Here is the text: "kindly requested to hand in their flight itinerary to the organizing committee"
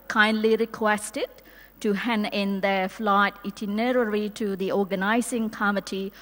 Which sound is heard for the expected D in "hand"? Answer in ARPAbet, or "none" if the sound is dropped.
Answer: none